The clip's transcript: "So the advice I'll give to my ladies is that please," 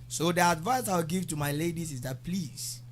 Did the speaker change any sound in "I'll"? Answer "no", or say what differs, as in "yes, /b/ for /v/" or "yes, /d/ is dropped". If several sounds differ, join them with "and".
yes, /w/ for /l/